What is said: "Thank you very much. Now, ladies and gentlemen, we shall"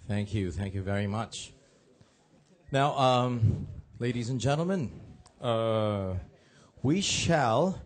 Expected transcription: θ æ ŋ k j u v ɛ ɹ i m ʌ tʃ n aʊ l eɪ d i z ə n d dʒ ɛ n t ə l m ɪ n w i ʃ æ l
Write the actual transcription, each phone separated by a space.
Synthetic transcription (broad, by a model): θ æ ŋ k j u v ɛ ɹ i m ʌ tʃ n aʊ l eɪ d i z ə n dʒ ɛ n t l m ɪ n w i ʃ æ l